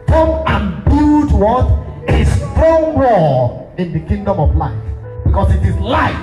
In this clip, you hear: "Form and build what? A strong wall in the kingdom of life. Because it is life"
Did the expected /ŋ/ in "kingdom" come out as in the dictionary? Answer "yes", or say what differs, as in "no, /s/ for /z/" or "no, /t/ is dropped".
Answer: yes